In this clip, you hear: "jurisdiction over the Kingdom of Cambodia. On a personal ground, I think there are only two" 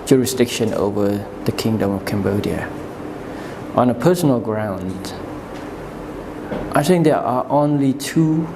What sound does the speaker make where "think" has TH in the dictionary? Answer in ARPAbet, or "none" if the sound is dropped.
TH